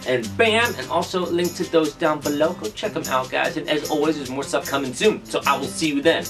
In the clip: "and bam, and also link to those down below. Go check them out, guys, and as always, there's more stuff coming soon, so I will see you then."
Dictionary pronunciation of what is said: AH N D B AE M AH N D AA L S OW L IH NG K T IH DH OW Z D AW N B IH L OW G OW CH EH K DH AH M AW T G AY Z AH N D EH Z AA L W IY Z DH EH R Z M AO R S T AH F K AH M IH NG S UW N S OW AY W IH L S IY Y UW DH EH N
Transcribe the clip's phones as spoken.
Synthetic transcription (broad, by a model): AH N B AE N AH N AA L S OW L IH NG K T IH DH OW Z D AW N B IH L OW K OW CH EH K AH M AW T G AY Z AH N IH Z AA L W IY Z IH Z M AO R S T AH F K AH M IH NG S UW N S OW AY W IH L S IY Y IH DH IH N